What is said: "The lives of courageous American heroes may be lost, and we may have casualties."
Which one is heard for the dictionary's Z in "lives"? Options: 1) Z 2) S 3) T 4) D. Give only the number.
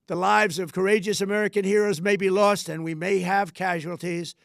1